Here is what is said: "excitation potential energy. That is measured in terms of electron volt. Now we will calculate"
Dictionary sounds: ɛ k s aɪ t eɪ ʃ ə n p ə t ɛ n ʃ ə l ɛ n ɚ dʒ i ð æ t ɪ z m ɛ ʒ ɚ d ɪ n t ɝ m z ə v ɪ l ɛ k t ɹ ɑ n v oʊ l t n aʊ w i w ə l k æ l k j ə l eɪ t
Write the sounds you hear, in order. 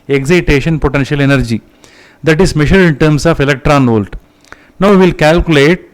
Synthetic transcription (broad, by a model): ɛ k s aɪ t eɪ ʃ ə n p ə t ɛ n ʃ ə l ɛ n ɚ dʒ i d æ t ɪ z m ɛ ʃ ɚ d ɪ n t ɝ m s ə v ɪ l ɛ k t ɹ ɑ n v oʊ l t n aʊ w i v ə l k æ l k j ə l eɪ t